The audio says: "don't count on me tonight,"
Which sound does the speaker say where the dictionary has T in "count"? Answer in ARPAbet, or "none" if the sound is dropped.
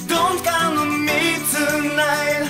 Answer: none